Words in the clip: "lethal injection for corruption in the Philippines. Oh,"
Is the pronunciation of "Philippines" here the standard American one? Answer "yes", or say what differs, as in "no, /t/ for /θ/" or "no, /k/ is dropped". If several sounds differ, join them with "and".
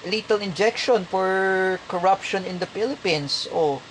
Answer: no, /s/ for /z/